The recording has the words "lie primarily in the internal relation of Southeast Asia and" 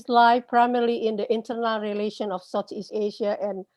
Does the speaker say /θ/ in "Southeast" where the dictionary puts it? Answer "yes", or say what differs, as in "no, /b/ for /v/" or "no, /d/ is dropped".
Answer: no, /t/ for /θ/